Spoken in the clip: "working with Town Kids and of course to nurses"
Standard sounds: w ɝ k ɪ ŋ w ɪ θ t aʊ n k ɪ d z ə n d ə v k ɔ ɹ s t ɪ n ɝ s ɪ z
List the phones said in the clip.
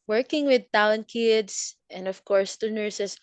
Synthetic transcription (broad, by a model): w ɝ k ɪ ŋ w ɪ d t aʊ n k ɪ d s ə n d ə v k ɔ ɹ s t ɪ n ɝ s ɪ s